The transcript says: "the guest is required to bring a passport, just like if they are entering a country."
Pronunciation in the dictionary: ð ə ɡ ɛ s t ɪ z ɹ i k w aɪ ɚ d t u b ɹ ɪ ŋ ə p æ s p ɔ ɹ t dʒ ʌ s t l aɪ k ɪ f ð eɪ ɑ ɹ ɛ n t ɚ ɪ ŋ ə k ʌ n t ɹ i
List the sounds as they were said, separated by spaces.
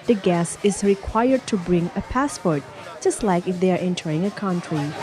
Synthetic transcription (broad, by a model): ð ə ɡ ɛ s ɪ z ɹ i k w aɪ ɚ d t u b ɹ ɪ ŋ ə p æ s p ɔ ɹ t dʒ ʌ s t l aɪ k ɪ f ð eɪ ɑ ɹ ɛ n t ɚ ɪ ŋ ə k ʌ n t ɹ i